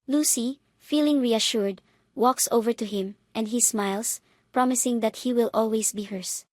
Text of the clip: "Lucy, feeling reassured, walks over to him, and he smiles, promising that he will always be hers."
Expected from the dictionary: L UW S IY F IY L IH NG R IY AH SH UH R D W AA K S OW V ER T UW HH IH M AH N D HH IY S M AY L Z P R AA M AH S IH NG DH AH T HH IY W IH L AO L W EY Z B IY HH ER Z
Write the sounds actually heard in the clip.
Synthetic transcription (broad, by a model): L UW S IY F IY L IH NG R IY AH SH UH R D W AA K S OW V ER T UW HH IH M AH N D HH IY S M AY L S P R AA M AH S IH NG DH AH T HH IY W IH L AO L W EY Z B IY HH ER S